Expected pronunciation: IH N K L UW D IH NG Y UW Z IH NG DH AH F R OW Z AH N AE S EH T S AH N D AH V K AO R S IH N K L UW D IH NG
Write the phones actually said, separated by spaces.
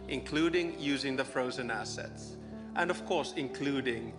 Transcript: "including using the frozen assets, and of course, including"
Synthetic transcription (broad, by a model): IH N K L UW D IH NG Y UW Z IH NG DH AH F R OW Z AH N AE S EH T S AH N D AH V K AO R S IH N K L UW D IH NG